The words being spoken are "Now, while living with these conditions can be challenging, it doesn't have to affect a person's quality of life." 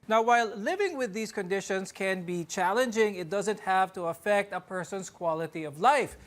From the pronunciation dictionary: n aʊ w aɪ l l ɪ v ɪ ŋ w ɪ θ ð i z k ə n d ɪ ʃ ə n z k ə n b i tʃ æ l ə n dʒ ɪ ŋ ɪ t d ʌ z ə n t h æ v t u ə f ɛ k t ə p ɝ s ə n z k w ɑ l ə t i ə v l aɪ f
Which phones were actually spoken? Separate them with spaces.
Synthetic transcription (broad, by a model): n aʊ w aɪ l l ɪ v ɪ ŋ w ɪ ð i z k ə n d ɪ ʃ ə n s k ə n b i tʃ æ l ə n dʒ ɪ ŋ ɪ t d ʌ z ə n t h æ v t u ə f ɛ k t ə p ɝ s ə n s k w ɑ l ə t i ə v l aɪ f